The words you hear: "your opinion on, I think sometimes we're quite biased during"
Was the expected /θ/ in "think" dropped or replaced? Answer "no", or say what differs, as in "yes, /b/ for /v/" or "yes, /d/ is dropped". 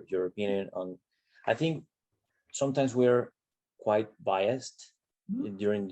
no